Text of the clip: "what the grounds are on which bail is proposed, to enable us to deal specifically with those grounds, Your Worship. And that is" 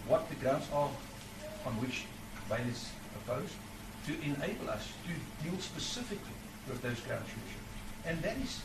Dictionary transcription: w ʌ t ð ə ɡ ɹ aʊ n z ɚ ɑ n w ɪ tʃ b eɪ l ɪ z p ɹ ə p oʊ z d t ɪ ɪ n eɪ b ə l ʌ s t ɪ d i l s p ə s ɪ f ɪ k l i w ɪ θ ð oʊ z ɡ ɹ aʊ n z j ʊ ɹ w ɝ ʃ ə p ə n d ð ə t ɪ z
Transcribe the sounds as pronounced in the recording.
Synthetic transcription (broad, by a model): w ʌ t ð ə ɡ ɹ aʊ n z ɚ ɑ n w ɪ tʃ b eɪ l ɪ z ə p oʊ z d t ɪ ɪ n eɪ b ə l ʌ s t ɪ d i l s p ə s ɪ f ɪ k l i w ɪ ð oʊ z ɡ ɹ aʊ n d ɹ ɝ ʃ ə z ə n ð ə t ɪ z